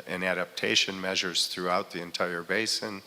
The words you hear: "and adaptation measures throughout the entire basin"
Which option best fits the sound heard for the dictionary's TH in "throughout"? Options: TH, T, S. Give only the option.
TH